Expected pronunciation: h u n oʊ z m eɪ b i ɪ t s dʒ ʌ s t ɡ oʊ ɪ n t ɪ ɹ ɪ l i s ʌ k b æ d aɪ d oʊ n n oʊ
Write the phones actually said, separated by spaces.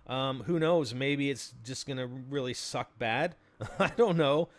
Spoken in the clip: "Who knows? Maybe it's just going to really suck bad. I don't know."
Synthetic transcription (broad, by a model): h u n oʊ z m eɪ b i ɪ t s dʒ ʌ s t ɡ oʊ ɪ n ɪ ɹ ɪ l i s ʌ k b æ d aɪ d oʊ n n oʊ